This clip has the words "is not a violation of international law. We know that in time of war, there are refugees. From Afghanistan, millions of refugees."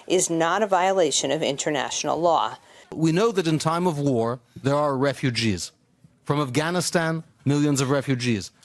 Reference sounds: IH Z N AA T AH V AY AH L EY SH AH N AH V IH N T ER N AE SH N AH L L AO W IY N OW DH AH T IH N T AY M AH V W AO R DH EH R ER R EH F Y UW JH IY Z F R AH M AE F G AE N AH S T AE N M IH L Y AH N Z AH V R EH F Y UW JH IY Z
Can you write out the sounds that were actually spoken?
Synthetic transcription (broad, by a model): IH Z N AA T AH V AY AH L EY SH AH N AH V IH N T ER N AE SH N L L AO W IY N OW DH AH T IH N T AY M AH V W AO R DH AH R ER R EH F Y UW JH IY Z F R AH M AE F G AE N AH S T AE N M IH L Y AH N Z AH V R EH F Y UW JH IY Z